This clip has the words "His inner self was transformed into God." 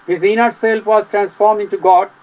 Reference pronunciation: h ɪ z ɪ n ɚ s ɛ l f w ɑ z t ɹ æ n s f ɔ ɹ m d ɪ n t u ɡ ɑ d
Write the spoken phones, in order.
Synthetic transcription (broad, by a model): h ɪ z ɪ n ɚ s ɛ l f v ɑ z t ɹ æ n s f ɔ ɹ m ɪ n t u ɡ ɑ d